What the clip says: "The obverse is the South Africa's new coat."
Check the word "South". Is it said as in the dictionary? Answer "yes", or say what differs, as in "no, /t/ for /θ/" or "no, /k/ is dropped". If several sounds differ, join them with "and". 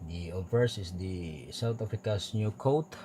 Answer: no, /t/ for /θ/